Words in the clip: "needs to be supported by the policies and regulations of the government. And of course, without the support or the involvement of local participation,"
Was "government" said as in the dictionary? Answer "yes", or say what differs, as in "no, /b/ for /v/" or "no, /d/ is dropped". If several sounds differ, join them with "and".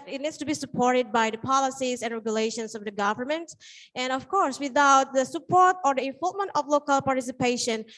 yes